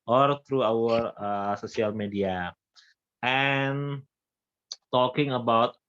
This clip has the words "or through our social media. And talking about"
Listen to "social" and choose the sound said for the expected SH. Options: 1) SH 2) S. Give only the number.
2